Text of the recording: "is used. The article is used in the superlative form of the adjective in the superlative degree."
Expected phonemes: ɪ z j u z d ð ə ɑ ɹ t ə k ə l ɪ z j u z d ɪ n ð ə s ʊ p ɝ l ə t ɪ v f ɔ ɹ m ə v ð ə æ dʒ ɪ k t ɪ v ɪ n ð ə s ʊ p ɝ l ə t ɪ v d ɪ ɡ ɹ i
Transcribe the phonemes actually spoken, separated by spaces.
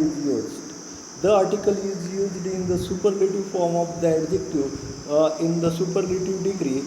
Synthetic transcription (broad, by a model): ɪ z j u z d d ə ɑ ɹ t ə k ə l ɪ z j u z d ɪ n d ə s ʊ p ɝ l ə t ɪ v f ɔ ɹ m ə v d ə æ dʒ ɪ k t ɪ ɪ n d ə s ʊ p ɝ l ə t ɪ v d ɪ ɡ ɹ i